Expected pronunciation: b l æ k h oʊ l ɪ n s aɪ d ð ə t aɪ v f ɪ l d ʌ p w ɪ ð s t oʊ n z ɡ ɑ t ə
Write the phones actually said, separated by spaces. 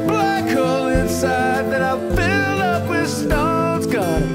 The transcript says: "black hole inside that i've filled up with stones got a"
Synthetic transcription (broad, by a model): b l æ k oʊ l ɪ n s aɪ d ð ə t aɪ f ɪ l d ʌ p w ɪ ð s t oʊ z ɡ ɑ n